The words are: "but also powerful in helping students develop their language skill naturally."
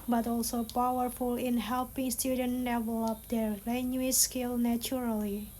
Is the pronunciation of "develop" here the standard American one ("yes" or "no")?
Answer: yes